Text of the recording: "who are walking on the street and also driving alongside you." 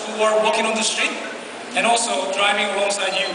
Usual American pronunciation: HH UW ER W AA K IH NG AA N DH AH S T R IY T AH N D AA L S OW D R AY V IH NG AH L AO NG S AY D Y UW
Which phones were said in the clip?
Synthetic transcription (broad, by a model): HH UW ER W AA K IH NG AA N DH AH S T R IY T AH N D AA L S OW D R AY V IH NG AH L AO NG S AY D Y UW